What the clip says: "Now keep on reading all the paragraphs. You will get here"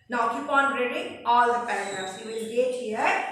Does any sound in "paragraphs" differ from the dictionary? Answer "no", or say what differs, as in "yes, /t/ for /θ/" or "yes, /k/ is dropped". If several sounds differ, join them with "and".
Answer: yes, /f/ is dropped